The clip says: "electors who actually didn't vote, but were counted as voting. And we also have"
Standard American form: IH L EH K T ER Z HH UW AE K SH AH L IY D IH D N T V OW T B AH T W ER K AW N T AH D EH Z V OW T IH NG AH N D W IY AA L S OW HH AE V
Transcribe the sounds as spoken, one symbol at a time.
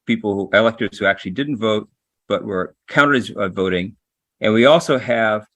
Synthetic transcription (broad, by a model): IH L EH K T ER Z HH UW AE K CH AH L IY D IH D N T V OW T B AH T W ER K AW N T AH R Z V OW T IH NG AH N W IY AA L S OW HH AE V